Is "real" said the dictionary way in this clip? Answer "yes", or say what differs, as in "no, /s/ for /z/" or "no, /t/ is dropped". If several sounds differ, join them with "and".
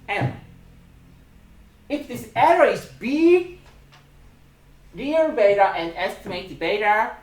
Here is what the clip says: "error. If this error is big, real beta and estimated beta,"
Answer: no, /n/ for /l/